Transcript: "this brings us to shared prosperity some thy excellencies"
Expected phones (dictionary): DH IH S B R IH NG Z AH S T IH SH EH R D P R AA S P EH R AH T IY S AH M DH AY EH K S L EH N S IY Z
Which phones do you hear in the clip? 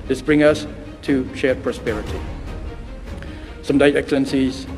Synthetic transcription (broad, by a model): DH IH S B R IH NG AH S T IH SH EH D P R AA S P EH R AH T IY S AH M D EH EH K S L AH N S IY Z